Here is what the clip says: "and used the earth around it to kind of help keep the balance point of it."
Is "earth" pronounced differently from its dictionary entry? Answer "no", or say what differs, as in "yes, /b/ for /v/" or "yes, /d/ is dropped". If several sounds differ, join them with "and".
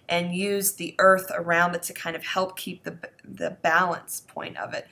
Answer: no